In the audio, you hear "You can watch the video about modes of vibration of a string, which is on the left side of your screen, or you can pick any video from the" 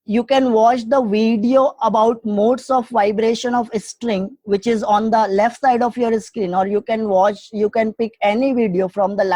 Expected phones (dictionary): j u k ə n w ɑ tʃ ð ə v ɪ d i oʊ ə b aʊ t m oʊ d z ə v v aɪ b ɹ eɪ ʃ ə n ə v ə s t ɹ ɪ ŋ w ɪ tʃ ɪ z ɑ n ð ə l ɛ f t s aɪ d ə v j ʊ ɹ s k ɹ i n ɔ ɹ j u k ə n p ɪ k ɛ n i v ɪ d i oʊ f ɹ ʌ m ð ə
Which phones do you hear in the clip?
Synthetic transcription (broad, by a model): j u k ə n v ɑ tʃ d ə v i d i oʊ ə b aʊ t m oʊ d s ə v v aɪ b ɹ eɪ ʃ ə n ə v ə s t ɹ ɪ ŋ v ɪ tʃ ɪ z ɑ n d ə l ɛ f t s aɪ d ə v j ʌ ɹ s k ɹ i n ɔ ɹ j u k ə n p ɪ k ɛ n i v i d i oʊ f ɹ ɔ m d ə